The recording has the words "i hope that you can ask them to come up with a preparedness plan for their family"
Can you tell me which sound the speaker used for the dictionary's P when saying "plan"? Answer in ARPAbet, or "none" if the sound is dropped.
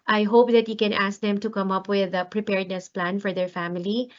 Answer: P